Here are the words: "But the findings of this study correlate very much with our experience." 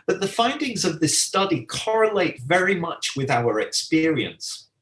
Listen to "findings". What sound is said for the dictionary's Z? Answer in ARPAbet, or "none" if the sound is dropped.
Z